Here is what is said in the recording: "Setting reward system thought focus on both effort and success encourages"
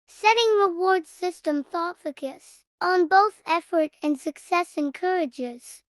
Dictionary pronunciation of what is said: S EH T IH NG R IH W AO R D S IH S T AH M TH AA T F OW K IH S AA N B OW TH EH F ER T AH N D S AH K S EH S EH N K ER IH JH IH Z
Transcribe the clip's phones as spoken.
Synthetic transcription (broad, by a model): S EH T IH NG R IH W AO R D S IH S T AH M TH AA T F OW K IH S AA N B OW TH EH F ER T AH N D S AH K S EH S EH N K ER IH JH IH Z